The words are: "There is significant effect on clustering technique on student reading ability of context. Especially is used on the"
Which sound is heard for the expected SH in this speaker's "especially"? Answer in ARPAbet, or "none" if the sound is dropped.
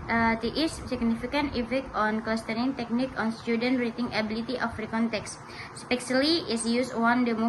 S